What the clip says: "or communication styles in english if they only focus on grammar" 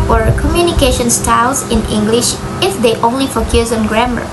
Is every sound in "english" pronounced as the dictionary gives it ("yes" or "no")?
yes